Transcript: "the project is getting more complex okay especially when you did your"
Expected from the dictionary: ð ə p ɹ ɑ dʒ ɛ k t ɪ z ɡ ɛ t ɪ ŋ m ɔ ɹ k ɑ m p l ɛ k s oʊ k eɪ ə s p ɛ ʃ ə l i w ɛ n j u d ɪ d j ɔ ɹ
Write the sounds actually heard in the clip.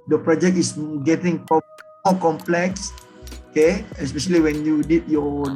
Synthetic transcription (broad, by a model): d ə p ɹ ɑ dʒ ɛ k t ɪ s ɡ ɛ t ɪ ŋ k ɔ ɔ k ɑ m p l ɛ k s oʊ k eɪ ə s p ɛ ʃ ə l i w ɛ n j u d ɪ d j ɔ